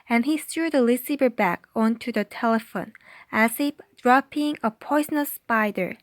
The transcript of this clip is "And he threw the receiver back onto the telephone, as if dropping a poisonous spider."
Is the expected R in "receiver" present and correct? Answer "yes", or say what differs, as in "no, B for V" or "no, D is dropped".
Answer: no, L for R